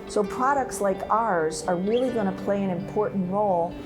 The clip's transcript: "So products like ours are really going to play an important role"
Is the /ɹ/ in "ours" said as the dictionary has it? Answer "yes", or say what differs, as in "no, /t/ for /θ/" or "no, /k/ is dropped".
yes